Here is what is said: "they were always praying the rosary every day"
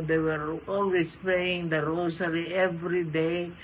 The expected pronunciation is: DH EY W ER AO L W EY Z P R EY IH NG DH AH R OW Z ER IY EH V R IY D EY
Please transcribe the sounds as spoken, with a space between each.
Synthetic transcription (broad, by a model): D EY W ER AO L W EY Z P L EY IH NG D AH R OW S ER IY EH V R IY D EY